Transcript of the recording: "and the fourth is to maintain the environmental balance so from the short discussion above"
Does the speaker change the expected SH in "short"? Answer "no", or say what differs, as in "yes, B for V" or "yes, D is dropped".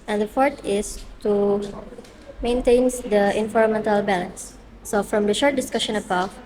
no